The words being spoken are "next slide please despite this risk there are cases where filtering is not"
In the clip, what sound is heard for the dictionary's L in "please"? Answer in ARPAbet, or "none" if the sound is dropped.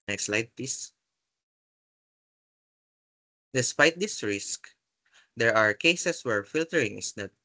none